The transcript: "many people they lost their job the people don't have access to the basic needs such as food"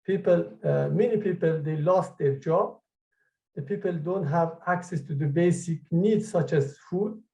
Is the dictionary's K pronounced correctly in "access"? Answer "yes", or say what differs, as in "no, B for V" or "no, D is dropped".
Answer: yes